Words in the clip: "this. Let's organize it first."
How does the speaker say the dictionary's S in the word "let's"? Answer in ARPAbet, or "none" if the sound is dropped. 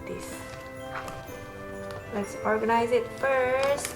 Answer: S